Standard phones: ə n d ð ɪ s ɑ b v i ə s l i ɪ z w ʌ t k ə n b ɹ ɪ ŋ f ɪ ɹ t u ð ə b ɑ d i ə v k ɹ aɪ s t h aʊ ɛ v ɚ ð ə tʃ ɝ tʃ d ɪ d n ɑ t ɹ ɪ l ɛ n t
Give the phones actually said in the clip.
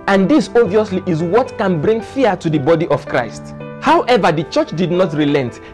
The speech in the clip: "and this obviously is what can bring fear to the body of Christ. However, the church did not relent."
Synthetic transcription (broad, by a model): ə n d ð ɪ s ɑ v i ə s l i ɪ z w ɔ t k ə n b ɹ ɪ ŋ f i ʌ t u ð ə b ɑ d i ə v k ɹ aɪ s t h aʊ ɛ v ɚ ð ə tʃ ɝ tʃ d ɪ d n ɑ t ɹ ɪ l ɛ n t